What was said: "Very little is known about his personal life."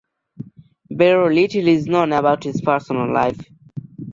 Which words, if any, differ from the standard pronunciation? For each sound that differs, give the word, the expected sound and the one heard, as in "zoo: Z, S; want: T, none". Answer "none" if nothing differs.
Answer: very: V, B